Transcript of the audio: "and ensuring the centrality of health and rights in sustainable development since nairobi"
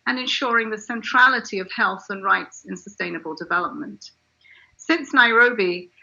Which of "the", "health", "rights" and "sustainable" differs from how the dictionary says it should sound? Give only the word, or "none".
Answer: none